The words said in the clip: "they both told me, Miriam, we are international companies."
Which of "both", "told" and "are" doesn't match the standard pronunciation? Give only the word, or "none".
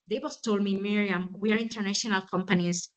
both